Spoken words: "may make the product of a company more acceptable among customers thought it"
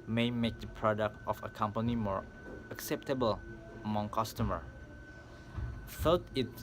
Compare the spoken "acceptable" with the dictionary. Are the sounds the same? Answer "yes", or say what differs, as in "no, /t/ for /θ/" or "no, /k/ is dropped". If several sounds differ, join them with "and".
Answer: yes